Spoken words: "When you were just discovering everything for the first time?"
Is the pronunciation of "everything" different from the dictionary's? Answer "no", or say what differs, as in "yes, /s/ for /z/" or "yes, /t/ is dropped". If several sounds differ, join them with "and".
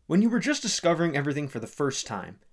no